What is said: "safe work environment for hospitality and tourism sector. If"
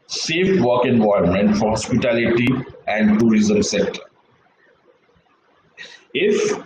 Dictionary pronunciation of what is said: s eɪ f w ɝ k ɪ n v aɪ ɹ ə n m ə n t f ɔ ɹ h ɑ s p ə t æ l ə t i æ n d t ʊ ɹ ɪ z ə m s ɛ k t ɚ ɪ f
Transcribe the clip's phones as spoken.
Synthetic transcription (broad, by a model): s eɪ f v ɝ k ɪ n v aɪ ə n m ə n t f ɔ ɹ h ɑ s p ə t æ l ə t i æ n d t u ɹ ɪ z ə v s ɛ k t ɚ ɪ f